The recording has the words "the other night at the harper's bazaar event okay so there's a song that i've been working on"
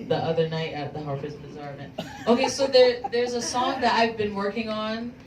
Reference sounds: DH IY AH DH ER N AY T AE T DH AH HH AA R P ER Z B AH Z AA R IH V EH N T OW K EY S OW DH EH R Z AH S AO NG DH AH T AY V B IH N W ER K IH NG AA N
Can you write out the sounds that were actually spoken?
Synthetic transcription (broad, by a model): DH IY AH DH ER N AY T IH T DH AH HH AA R F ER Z B AH Z AA R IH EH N T OW K EY S OW DH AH R Z AH S AO NG DH AH T AY V B IH N W ER K IH NG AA N